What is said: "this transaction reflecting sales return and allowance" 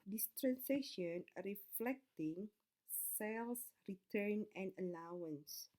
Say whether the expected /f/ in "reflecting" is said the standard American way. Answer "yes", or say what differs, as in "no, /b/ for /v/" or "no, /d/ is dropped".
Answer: yes